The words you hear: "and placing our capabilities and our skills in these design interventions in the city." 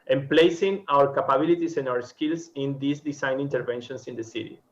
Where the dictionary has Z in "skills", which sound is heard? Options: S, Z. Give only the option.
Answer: S